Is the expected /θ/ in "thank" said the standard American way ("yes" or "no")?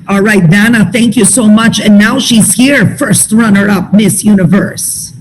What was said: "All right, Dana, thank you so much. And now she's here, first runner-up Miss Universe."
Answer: yes